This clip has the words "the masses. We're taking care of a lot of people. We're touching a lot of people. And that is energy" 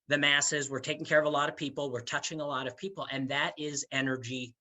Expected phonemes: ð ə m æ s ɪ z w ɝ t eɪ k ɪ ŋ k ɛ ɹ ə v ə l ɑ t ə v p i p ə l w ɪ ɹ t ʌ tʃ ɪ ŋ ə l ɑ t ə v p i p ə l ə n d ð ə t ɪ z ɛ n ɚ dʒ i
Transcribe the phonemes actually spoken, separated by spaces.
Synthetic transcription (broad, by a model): ð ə m æ s ɪ z w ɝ t eɪ k ɪ ŋ k ɛ ɹ ə v ə l ɑ t ə v p i p l w ɪ ɹ t ʌ tʃ ɪ ŋ ə l ɑ t ə v p i p l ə n ð ə t ɪ z ɛ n ɚ dʒ i